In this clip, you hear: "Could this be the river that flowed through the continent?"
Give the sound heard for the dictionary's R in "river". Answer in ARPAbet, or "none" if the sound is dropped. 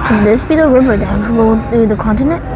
R